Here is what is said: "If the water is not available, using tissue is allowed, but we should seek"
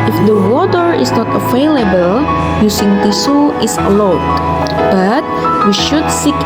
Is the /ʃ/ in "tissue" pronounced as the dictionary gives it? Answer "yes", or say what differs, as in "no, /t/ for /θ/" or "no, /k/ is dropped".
no, /s/ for /ʃ/